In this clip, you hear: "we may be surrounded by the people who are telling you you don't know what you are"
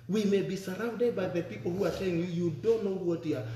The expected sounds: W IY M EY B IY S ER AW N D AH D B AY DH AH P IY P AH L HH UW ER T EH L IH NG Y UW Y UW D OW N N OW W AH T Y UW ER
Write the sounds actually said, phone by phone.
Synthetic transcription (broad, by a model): W IY M EY B IY S ER AW N D AH D B AY DH AH P IY P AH L HH UW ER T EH IH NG Y UW Y UW D OW N N OW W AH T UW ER